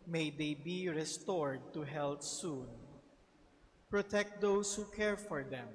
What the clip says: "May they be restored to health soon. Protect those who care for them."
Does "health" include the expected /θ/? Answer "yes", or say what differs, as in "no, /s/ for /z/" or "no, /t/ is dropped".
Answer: no, /t/ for /θ/